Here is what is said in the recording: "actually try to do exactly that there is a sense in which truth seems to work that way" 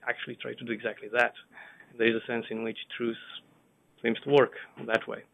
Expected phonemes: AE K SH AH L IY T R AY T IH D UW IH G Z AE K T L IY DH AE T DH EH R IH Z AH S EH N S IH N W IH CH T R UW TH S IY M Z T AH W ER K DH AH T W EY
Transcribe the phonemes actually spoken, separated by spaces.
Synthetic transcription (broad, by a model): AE K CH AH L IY T R AY T IH D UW IH G Z AE K T L IY DH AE T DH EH R IH Z AH S EH N S IH N W IH CH T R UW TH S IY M S T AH W ER K DH AH T W EY